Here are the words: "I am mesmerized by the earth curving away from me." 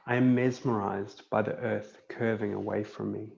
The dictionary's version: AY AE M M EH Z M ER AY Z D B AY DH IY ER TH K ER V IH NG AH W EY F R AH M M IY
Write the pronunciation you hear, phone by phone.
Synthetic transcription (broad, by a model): AY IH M M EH Z M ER AY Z B AY DH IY ER TH K ER V IH NG AH W EY F R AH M M IY